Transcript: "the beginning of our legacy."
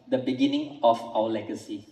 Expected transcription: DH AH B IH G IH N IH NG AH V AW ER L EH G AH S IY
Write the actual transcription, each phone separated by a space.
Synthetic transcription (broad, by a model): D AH B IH G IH N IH NG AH F AW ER L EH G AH S IY